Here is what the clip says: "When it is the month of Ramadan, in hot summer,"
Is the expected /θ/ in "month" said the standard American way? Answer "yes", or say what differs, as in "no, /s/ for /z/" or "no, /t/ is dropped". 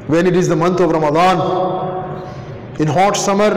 no, /t/ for /θ/